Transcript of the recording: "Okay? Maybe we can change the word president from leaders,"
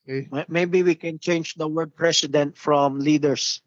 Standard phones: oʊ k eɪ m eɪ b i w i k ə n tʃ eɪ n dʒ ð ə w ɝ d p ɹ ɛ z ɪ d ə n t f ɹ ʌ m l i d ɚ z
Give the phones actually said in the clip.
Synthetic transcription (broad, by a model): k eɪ m eɪ b i w i k ə n tʃ eɪ n dʒ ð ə w ɝ d p ɹ ɛ s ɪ d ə n t f ɹ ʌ m l i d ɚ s